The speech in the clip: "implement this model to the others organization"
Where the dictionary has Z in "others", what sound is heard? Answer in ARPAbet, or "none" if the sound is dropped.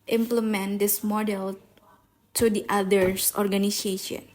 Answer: S